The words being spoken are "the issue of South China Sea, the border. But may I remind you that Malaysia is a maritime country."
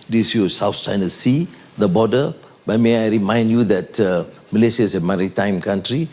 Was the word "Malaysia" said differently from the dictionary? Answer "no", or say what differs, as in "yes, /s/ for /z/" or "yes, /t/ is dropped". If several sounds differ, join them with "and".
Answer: yes, /s/ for /ʒ/